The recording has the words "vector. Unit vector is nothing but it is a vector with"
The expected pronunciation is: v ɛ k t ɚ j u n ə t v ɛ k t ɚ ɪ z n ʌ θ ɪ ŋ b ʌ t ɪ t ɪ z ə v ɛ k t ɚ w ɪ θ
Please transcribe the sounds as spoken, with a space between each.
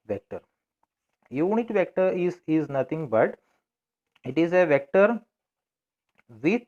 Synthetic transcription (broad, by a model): v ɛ k t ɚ j u n ə t v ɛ k t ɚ ɪ z n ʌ t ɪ ŋ b ʌ t ɪ t ɪ z ə v ɛ k t ɚ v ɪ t